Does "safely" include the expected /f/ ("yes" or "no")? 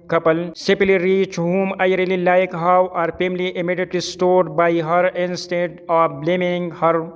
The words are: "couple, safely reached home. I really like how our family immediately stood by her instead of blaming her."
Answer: no